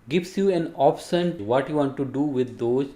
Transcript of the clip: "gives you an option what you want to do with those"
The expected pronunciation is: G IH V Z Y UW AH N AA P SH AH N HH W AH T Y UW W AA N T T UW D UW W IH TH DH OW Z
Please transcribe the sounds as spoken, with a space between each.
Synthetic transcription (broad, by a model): G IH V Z Y UW AH N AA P S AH N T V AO T Y UW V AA N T T UW D UW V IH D OW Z